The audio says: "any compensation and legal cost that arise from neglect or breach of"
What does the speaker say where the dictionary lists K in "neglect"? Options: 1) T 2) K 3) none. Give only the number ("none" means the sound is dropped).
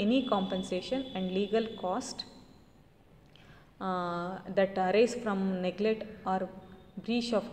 3